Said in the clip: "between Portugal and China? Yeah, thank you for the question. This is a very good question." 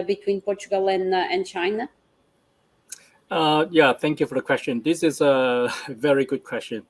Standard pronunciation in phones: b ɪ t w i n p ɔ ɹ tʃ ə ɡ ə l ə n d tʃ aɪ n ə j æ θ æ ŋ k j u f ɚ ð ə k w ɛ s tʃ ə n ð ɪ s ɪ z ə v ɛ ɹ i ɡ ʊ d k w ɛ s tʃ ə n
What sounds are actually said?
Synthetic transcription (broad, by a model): b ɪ t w i n p ɔ ɹ tʃ ə ɡ ə l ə n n tʃ aɪ n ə j æ θ æ ŋ k j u f ɚ ð ə k w ɛ s tʃ ə n ð ɪ s ɪ z ə v ɛ ɹ i ɡ ʊ d k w ɛ s tʃ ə n